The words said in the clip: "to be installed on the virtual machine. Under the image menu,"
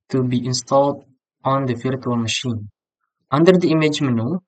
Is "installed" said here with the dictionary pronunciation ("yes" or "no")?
yes